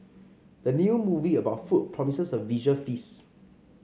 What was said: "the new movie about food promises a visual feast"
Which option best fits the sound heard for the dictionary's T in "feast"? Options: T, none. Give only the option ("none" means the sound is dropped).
none